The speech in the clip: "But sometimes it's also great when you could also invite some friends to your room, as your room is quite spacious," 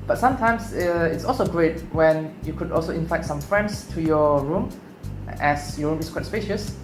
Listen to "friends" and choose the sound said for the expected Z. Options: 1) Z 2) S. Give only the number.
2